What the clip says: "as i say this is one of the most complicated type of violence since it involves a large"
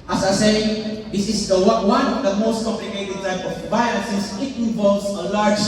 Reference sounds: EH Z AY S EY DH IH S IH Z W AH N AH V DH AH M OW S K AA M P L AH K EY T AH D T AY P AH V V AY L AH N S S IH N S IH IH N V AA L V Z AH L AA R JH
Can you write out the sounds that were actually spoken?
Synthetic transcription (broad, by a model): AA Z AY S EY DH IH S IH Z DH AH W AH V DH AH M OW S K AA M P L AH K EY T AH D T AY P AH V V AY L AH S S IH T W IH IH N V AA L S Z AH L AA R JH